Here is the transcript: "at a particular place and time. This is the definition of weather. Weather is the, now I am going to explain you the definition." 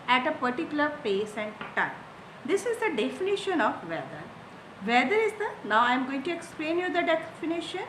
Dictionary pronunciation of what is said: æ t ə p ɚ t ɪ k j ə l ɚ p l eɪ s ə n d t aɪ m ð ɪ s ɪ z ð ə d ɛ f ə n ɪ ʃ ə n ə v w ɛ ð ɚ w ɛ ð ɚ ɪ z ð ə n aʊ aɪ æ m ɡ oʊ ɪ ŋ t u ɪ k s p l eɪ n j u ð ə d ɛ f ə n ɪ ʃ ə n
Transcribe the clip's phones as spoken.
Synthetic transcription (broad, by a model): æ t ə p ɚ t ɪ k j ə l ɚ p eɪ s ə n d t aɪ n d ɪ s ɪ z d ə d ɛ f ə n ɪ ʃ ə n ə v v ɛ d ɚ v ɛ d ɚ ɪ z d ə n aʊ aɪ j m ɡ oʊ ɪ ŋ t u ɪ k s p l eɪ n j u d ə d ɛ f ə n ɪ ʃ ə n